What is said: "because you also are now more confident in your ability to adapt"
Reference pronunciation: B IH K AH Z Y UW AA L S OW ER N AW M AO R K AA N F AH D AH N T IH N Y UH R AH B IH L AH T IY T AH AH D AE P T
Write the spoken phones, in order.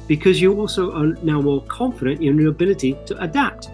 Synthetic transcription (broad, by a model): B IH K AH Z Y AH AA L S OW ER N AW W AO L K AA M F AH D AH N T IH N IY AH B IH L AH T IY T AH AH D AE P T